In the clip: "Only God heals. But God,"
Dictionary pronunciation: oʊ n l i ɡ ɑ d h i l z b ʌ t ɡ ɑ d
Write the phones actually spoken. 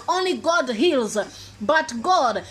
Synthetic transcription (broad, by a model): oʊ n l i ɡ ɑ d h i l z b ʌ t ɡ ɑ d